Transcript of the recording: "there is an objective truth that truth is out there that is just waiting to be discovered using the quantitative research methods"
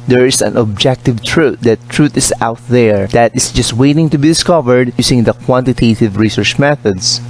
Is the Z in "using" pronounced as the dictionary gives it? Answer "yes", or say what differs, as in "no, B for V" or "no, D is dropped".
no, S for Z